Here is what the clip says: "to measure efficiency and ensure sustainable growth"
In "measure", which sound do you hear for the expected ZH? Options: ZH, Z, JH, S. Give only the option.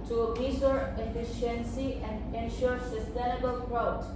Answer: S